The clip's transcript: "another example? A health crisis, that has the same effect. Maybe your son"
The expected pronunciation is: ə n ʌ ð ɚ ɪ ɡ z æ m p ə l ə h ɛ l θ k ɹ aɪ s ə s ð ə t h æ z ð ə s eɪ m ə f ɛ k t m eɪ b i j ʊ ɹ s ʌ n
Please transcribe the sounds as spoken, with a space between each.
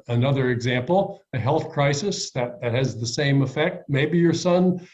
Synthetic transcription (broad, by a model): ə n ʌ ð ɚ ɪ ɡ z æ m p l ə h ɛ l θ k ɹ aɪ s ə s ð ə t h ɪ z ð ə s eɪ m ə f ɛ k t m eɪ b i j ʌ ɹ s ʌ n